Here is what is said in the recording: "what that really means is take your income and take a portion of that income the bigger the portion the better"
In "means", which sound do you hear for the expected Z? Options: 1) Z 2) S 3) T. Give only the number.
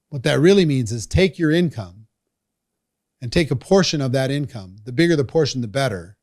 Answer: 1